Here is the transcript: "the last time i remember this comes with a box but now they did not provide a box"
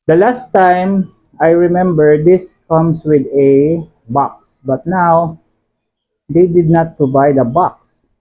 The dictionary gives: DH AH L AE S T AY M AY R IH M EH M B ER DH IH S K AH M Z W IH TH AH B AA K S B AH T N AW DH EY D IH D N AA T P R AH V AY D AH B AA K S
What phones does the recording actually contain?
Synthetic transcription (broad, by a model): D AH L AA S T AY M AY R IH M EH M B ER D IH S K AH M S W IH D AH B AA K S B AH T N AW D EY D IH D N AA T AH B AY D AH B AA K S